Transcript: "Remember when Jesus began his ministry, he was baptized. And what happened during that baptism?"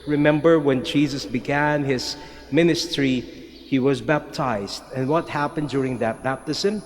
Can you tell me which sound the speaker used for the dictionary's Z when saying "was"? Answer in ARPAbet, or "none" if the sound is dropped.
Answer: Z